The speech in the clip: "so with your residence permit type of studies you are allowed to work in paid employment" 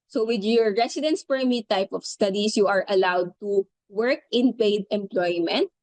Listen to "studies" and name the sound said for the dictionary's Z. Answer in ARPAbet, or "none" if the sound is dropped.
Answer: S